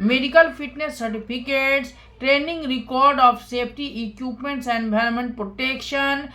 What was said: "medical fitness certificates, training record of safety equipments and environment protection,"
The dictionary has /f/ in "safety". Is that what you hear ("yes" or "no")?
no